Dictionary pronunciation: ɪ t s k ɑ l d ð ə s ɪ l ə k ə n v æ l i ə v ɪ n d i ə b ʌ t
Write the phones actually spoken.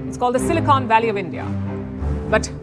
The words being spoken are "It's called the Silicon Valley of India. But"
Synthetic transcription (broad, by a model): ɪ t s k ɑ l d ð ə s ɪ l ə k ə n v æ l i ə v ɪ n d i ə b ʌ t